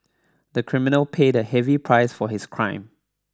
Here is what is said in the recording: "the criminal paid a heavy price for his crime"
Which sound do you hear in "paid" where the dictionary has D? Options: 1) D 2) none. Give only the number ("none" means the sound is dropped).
1